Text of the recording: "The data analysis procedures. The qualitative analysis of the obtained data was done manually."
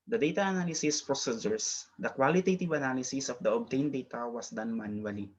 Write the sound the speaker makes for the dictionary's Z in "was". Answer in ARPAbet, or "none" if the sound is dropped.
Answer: S